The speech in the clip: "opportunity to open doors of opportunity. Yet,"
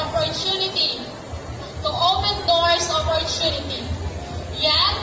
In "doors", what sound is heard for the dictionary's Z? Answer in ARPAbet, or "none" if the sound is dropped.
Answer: S